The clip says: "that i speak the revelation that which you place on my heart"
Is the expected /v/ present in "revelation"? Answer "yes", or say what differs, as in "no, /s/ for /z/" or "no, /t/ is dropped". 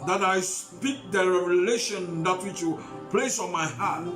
no, /v/ is dropped